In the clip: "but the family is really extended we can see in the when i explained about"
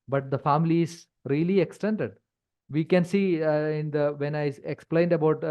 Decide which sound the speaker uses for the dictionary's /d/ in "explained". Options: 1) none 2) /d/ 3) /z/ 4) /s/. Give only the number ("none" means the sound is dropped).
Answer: 2